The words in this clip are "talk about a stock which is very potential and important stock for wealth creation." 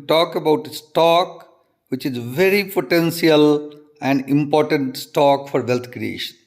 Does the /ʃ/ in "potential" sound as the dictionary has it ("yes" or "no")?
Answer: no